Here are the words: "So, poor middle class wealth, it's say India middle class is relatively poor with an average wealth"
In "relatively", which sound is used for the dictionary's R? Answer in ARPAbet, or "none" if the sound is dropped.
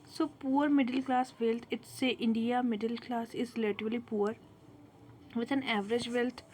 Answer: L